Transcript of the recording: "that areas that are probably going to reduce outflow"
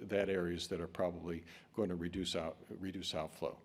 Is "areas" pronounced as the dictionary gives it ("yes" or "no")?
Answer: yes